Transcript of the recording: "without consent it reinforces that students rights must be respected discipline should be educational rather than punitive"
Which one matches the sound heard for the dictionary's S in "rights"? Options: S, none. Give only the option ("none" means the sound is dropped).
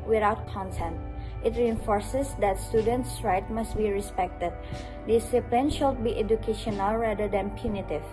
none